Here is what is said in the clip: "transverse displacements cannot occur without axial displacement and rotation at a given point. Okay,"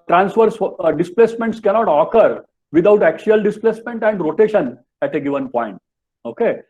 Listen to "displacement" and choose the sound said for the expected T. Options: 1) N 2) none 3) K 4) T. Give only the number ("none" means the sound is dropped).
4